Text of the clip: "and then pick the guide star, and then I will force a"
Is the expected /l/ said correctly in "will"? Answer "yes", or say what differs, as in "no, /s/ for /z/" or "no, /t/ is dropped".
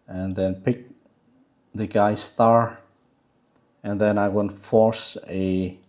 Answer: no, /n/ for /l/